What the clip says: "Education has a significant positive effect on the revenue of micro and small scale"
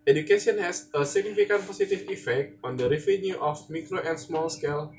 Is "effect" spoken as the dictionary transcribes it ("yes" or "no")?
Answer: yes